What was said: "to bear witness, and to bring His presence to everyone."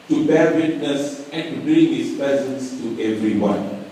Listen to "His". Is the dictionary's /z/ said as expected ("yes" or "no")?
no